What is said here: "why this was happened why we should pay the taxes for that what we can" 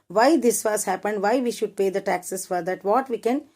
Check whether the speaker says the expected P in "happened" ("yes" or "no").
yes